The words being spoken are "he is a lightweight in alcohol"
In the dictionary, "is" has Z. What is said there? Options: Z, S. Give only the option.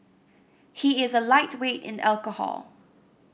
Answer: Z